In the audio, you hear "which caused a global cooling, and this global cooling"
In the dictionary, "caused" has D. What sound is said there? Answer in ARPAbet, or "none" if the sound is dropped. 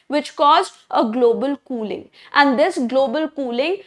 none